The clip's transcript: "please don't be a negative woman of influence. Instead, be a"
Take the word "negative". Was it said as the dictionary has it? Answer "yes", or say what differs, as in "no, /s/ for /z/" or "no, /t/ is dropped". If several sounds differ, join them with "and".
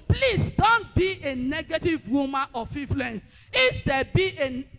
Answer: yes